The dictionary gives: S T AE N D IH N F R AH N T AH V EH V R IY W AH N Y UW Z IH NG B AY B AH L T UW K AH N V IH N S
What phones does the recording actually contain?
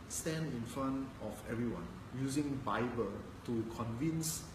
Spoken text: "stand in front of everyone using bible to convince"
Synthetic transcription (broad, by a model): S T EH N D IH N F AH N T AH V EH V R IY W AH N Y UW Z IH NG B AY B AH L T UW K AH N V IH N S